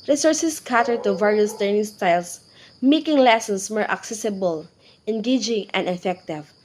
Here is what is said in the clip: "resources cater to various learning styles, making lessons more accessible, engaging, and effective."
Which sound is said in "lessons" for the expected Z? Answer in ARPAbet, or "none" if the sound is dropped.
S